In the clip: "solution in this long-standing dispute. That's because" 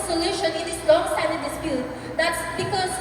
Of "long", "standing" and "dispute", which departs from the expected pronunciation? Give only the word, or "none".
standing